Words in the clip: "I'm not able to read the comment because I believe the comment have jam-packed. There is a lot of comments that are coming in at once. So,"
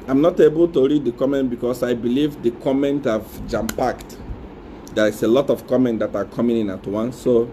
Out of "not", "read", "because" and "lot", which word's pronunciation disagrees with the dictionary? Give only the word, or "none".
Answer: because